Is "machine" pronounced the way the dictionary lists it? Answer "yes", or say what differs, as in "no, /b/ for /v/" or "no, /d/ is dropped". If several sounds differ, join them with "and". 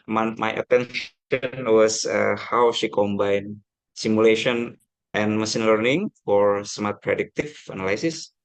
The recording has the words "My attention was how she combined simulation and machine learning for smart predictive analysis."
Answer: no, /s/ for /ʃ/